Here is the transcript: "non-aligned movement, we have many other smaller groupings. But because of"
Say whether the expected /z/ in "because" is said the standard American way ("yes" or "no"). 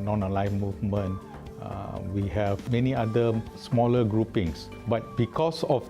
no